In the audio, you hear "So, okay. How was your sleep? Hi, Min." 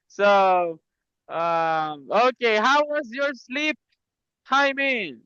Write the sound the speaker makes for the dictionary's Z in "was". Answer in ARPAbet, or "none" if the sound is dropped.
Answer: Z